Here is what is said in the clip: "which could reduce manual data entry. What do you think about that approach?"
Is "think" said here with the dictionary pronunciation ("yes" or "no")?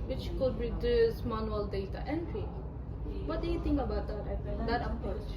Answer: no